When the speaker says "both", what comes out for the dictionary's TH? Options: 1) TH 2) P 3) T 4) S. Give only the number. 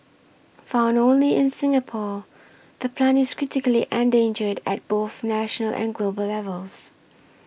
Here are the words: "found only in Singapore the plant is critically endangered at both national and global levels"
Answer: 1